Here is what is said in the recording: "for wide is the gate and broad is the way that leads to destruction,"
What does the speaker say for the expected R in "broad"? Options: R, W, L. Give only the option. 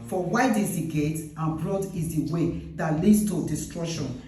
L